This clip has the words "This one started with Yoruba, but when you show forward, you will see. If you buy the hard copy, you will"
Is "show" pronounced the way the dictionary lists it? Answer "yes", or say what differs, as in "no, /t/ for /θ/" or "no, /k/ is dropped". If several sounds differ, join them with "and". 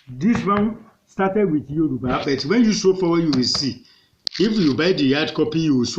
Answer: no, /s/ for /ʃ/